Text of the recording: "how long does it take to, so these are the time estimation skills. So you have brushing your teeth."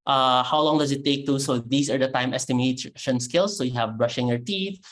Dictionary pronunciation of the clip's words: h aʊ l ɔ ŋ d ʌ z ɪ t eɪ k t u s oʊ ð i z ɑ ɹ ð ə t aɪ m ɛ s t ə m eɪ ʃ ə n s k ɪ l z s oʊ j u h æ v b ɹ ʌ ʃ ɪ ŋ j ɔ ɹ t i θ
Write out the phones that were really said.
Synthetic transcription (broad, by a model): h aʊ l ɔ ŋ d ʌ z ɪ t eɪ k t u s oʊ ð i s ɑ ɹ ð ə t aɪ m ɛ s t ə m eɪ ʃ ə n s k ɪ l s oʊ j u h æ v b ɹ ʌ ʃ ɪ ŋ j ɔ ɹ t i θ